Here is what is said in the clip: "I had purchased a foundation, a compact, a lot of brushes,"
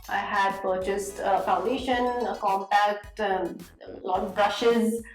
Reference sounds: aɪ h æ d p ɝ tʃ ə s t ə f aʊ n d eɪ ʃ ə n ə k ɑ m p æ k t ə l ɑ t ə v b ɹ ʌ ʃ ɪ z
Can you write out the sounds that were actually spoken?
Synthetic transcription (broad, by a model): aɪ h æ d p ɝ tʃ ə s t ə f aʊ n d eɪ ʃ ə n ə k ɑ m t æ k t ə l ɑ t b ɹ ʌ ʃ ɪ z